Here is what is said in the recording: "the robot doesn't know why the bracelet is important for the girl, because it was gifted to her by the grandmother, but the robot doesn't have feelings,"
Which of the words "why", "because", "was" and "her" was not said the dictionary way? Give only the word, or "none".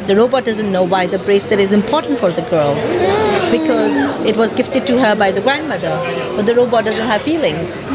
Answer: none